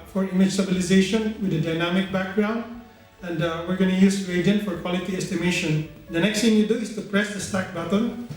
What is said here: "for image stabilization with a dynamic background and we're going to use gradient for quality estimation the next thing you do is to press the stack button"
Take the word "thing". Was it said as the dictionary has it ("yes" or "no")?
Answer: no